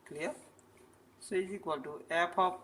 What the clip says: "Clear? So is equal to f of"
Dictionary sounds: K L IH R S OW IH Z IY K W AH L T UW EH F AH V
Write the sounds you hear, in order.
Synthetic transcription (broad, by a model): K L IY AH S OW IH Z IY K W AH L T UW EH P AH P